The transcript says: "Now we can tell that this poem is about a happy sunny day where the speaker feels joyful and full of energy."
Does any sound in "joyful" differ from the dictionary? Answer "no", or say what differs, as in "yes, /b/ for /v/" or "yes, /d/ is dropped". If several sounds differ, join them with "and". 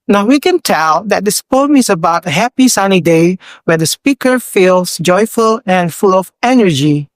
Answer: no